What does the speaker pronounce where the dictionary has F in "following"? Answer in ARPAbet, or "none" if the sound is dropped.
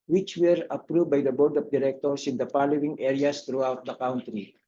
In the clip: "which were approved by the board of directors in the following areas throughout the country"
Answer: P